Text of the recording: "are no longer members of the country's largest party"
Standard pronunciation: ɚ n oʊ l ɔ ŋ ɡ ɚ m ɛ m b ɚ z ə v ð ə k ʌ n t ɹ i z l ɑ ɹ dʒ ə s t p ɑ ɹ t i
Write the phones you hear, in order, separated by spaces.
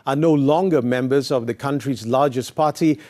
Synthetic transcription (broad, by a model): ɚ n oʊ l ɔ ŋ ɡ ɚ m ɛ m b ɚ z ə v ð ə k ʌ n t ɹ i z l ɑ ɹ dʒ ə s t p ɑ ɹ t i